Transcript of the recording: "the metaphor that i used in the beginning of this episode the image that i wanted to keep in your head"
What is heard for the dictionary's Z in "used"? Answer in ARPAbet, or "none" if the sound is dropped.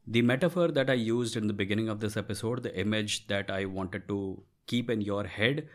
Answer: Z